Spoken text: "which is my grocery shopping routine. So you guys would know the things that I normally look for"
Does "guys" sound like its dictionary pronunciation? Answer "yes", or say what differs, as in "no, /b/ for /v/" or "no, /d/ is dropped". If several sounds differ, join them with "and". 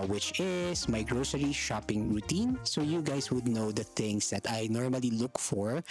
no, /s/ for /z/